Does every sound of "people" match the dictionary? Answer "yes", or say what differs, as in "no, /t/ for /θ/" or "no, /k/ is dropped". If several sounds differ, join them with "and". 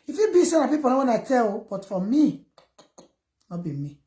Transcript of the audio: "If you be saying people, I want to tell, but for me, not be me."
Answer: no, /n/ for /l/